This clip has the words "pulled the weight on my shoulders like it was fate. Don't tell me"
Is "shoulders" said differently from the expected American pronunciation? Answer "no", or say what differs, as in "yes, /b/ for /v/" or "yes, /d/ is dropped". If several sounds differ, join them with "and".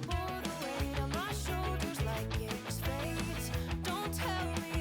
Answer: no